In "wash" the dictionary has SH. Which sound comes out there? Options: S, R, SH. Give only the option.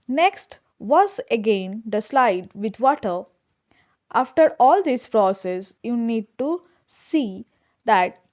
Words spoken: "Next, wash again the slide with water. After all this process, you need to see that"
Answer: S